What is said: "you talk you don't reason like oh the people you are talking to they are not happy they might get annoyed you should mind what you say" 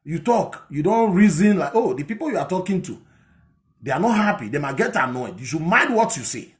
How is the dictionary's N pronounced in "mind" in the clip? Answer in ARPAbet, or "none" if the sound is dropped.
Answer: none